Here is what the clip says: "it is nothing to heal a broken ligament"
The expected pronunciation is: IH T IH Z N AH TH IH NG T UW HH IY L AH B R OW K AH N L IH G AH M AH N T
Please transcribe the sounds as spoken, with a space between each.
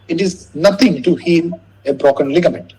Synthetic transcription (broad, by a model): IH T IH Z N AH T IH NG T UW HH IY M AH B R OW K AH N L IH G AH M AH N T